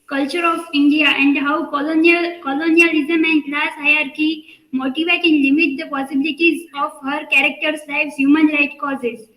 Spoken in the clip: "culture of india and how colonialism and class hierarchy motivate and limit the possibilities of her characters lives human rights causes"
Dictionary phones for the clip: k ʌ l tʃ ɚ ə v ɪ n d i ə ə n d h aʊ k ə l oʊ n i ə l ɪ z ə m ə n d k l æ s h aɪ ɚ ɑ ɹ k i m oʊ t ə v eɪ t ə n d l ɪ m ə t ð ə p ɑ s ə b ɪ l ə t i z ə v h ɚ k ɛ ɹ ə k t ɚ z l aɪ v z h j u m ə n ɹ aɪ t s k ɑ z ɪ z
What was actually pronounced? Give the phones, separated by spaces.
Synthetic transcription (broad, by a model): k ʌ l tʃ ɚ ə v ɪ n d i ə ə n d h aʊ k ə l oʊ n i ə l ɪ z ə m ə n d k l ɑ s h aɪ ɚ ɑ ɹ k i m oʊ t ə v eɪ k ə n l ɪ m ə t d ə p ɑ s ə b ɪ l ə t i z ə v h ɚ k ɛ ɹ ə k t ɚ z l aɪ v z h j u m ə n ɹ aɪ t k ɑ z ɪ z